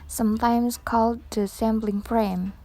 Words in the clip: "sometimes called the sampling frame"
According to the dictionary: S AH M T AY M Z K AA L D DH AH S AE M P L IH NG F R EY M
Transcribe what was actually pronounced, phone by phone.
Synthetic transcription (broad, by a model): S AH M T AY M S K AA L D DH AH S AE M B L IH NG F R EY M